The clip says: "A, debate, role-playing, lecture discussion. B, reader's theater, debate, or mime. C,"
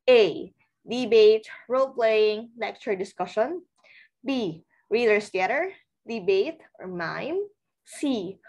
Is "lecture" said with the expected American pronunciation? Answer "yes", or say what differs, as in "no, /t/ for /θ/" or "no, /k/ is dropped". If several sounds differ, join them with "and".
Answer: no, /n/ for /l/